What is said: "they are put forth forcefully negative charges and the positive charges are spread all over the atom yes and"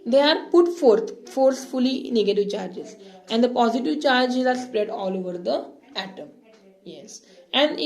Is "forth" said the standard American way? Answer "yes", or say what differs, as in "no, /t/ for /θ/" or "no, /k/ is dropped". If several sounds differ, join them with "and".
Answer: no, /t/ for /θ/